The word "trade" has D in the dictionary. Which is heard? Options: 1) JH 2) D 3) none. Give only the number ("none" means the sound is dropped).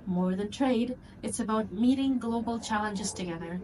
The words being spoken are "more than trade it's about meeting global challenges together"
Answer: 2